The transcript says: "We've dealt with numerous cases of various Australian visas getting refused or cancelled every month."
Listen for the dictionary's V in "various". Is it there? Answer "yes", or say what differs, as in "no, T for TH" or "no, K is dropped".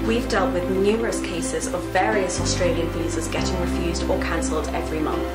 yes